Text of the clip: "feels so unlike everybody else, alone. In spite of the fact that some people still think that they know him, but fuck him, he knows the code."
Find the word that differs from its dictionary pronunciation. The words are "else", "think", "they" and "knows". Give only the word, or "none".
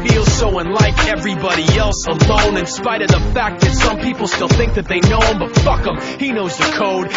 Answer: none